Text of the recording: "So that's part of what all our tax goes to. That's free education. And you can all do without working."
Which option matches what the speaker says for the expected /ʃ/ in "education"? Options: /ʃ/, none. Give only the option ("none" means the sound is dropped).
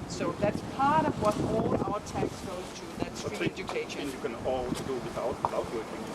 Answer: none